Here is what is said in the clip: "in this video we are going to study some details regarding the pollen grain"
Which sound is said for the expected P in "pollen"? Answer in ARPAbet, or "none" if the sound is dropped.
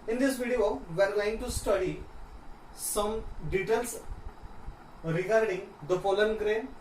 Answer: F